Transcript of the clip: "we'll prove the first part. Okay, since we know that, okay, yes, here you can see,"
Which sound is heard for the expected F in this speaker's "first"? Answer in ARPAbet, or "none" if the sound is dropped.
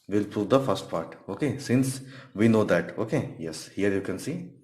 F